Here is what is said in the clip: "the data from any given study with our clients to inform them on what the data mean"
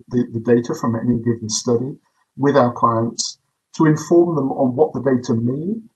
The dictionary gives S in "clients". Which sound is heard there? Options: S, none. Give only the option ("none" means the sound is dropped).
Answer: S